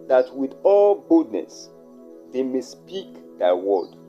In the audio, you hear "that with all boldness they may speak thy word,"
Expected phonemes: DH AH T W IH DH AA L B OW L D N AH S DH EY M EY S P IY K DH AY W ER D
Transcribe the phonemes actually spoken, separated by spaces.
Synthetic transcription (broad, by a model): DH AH T W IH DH AA L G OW D N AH S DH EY M EY S P IY K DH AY W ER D